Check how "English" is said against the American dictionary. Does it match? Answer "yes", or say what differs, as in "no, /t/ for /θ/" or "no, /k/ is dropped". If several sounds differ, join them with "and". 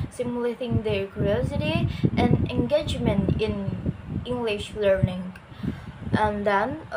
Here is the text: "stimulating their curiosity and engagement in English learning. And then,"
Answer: yes